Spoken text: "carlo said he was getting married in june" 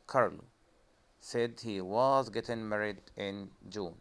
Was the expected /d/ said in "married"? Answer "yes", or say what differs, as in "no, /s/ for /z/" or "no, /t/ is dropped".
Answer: yes